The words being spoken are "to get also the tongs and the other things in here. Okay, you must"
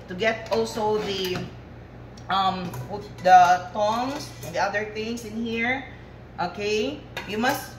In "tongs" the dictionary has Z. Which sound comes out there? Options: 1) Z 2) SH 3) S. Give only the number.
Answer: 3